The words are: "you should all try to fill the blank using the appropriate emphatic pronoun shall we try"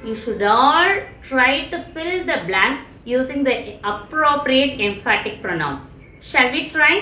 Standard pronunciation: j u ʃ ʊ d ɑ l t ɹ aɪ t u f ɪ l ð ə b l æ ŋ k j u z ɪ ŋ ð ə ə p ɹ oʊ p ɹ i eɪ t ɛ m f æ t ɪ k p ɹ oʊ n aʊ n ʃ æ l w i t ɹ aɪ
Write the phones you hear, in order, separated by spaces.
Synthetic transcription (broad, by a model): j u ʃ ʊ d ɑ l t ɹ aɪ t u f ɪ l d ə b l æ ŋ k j u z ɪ ŋ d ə ə p ɹ oʊ p ɹ i eɪ t ɛ m f æ t ɪ k p ɹ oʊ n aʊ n ʃ æ l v i t ɹ aɪ